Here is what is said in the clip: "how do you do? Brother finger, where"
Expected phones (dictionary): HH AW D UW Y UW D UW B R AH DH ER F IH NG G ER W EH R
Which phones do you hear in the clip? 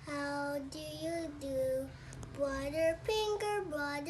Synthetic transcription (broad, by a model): HH AW D UW Y UW D UW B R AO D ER P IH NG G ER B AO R